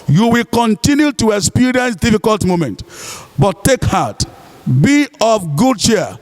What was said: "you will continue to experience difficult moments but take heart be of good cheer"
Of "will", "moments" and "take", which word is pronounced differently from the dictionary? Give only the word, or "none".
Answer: moments